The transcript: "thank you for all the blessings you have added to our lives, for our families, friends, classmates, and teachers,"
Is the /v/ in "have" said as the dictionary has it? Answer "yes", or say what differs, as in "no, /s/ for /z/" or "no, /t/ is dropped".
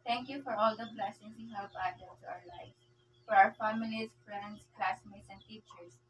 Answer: no, /p/ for /v/